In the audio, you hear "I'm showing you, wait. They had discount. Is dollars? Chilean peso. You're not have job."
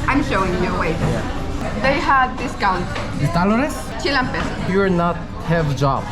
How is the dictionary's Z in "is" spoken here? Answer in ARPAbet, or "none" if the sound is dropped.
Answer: S